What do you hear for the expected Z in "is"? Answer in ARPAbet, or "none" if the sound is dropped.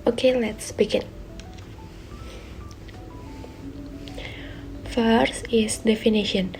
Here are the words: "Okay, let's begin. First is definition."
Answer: S